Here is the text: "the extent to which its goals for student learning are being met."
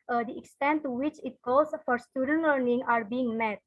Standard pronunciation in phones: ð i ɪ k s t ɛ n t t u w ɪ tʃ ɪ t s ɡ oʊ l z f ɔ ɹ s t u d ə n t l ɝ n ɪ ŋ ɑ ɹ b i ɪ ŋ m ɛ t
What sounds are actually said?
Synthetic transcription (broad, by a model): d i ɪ k s t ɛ n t t u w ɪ tʃ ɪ t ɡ oʊ z f ɔ ɹ s t u d ə n t l ɝ n ɪ ŋ ɑ ɹ b i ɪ ŋ m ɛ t